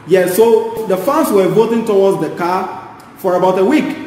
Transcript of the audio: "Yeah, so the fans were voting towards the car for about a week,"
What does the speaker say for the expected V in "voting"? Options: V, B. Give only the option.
V